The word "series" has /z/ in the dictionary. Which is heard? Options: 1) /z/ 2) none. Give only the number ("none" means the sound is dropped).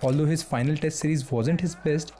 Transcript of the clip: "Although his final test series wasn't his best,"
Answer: 1